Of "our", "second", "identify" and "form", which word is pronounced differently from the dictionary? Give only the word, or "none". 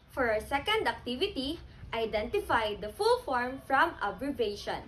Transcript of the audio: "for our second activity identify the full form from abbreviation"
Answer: none